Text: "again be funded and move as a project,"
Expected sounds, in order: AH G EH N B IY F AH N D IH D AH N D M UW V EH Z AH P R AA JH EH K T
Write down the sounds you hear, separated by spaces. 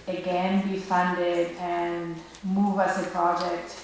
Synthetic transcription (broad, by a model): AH G EH N B IY F AH N D IH D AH N M UW V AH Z AH P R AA JH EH K T